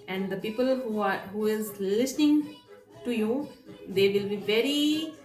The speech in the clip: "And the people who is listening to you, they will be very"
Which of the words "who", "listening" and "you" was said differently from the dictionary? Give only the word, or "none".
none